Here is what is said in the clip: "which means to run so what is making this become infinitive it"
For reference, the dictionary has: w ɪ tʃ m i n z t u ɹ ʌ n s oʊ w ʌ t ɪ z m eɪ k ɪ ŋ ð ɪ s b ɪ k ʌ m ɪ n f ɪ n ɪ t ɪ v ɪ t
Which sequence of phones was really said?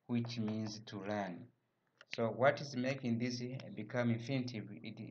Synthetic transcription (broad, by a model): w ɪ tʃ m i n z t u l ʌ n s oʊ w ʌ t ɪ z m eɪ k ɪ ŋ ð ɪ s b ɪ k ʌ m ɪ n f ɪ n t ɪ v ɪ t